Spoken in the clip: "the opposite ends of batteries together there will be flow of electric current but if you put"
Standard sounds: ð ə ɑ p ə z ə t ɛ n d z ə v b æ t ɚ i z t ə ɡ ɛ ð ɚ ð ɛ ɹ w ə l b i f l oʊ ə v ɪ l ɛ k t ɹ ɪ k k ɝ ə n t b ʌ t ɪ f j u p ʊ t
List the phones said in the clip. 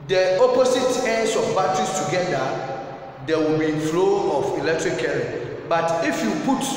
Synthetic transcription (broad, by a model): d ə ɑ p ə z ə t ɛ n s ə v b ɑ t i s t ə ɡ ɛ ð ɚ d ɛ w ə l b i f l oʊ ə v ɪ l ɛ k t ɹ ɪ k k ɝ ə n b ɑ t ɪ f j u p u t